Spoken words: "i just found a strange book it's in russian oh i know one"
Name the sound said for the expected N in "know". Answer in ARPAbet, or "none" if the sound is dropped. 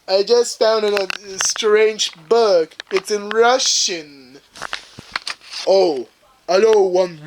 L